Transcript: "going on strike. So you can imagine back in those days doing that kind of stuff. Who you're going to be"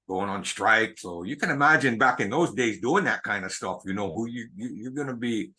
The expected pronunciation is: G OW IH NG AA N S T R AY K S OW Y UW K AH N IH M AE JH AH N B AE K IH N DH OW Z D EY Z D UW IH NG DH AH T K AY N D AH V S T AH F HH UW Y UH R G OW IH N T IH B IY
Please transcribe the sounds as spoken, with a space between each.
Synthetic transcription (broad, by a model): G OW IH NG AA N S T R AY K S OW Y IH K AH N IH M AE JH AH N B AE K IH N DH OW Z D EY Z D UW IH NG DH AH T K AY N D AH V S T AH F HH UW Y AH R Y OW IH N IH B IY